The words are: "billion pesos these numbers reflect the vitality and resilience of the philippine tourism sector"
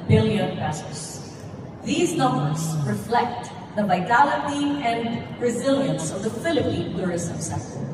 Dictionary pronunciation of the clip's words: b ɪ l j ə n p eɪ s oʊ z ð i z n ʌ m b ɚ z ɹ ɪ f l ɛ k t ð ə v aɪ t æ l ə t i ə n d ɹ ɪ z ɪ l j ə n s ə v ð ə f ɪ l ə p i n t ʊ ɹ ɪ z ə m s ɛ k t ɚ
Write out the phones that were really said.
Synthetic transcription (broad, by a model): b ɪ l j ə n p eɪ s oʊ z ð i z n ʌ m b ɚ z ɹ ɪ f l ɛ k t ð ə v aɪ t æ l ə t i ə n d ɹ ɪ z ɪ l j ə n s ə v ð ə f ɪ l ə p i n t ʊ ɹ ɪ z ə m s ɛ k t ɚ